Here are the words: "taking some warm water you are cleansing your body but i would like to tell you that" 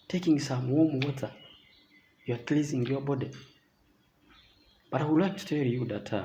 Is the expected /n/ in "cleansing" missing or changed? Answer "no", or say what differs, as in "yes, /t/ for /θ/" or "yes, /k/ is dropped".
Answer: yes, /n/ is dropped